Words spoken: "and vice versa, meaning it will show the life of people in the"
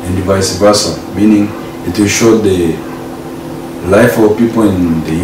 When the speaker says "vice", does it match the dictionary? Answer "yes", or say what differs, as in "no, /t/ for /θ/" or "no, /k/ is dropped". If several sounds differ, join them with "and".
yes